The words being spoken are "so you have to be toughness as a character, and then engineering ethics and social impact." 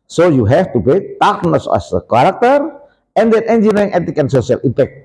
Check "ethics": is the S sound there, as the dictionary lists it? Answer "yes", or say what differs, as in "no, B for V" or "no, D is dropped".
no, S is dropped